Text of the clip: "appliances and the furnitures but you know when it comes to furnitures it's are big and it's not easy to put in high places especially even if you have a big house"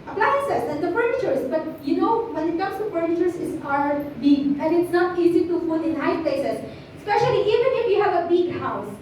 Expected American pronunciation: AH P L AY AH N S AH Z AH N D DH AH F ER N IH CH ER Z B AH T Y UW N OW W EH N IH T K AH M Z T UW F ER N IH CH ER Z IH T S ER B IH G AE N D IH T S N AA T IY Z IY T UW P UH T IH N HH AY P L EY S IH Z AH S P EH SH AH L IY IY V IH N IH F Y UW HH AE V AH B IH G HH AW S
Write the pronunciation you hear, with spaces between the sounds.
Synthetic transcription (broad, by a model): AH P L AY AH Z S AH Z AH N D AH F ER N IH CH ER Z B AH T Y UW N OW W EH N IH T K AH M S T UW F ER N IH CH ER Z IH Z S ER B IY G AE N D IH T S N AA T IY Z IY T UW F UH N IH N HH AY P L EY S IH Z S P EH SH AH L IY IY V IH N IH F Y UW HH AE V AH B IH G HH AW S